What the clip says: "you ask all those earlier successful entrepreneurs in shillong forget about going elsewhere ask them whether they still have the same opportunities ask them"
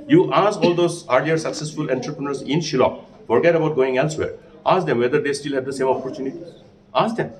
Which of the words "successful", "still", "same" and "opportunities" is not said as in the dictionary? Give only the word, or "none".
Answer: opportunities